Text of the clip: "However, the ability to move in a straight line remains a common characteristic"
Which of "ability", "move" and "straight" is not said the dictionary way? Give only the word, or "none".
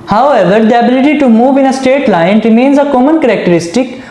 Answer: straight